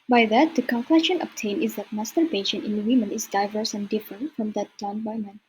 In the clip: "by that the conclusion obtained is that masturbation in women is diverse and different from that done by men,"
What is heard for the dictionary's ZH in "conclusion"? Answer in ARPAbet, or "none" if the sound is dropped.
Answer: SH